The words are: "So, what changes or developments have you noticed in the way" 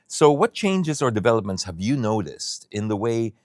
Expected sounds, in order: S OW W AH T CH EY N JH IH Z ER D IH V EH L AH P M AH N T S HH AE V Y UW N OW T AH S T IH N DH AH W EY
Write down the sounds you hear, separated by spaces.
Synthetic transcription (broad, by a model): S OW W AH T CH EY N JH IH Z ER D IH V EH L AH P M AH N T S HH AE V Y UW N OW T AH S T IH N DH AH W EY